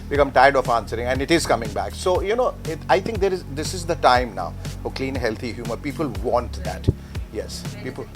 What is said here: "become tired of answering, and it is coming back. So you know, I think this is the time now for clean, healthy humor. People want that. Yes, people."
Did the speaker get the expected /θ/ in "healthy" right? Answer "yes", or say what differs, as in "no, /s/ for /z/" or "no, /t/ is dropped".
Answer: no, /t/ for /θ/